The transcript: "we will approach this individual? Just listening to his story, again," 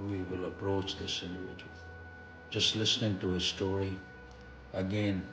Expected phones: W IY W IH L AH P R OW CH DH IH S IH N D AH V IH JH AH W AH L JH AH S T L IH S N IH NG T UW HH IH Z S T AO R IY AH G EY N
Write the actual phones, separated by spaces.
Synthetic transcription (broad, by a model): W IY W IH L AH P R OW CH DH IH S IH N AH IH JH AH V JH AH S T L IH S N IH NG T UW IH S T AO R IY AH G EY N